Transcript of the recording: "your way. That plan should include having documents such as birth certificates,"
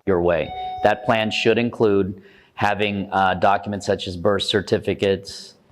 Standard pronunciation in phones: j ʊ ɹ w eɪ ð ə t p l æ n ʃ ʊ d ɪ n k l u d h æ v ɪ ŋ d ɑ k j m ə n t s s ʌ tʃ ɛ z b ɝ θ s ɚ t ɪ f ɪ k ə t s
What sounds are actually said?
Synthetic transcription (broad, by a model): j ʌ ɹ w eɪ ð ə t p l æ n ʃ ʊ d ɪ n k l u d h æ v ɪ ŋ d ɑ k j m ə n t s s ʌ tʃ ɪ z b ɝ s s ɚ t ɪ f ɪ k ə t s